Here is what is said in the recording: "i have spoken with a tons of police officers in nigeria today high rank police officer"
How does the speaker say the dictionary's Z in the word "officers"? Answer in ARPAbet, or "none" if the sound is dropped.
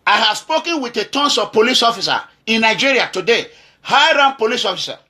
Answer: none